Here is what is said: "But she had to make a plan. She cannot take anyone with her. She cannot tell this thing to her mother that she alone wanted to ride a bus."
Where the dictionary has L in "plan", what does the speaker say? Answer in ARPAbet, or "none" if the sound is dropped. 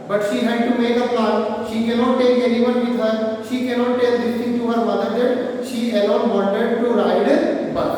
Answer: none